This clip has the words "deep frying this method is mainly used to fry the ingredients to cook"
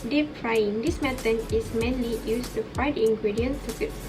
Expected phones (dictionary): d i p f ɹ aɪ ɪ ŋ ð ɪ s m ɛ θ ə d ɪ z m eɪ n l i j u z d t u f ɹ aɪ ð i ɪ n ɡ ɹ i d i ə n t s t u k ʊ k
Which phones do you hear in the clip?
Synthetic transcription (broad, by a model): d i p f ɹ aɪ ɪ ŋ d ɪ s m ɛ t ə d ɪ s m eɪ n l i j u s t u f aɪ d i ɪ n ɡ ɹ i d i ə n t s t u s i